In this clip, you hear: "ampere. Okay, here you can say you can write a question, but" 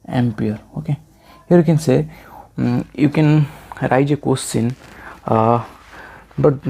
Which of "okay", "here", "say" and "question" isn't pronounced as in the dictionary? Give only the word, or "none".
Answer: question